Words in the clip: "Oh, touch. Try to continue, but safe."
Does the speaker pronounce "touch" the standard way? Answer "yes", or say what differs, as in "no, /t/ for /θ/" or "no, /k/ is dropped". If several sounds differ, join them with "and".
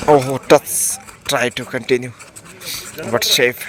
no, /s/ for /tʃ/